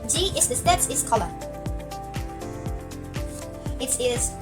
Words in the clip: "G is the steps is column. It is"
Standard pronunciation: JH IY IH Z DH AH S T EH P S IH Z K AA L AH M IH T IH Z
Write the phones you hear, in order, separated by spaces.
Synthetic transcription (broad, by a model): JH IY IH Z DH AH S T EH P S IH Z K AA L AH IH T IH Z